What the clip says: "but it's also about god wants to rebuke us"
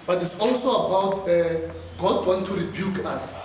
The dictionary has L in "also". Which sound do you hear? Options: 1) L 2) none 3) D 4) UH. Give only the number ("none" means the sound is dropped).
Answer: 1